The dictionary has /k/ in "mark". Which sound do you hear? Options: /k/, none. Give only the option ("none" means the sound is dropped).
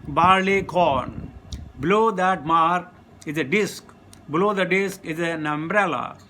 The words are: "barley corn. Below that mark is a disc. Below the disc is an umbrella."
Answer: none